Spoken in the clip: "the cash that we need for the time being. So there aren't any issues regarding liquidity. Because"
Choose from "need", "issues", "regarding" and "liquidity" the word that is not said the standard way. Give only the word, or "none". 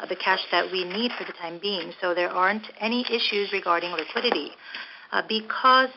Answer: none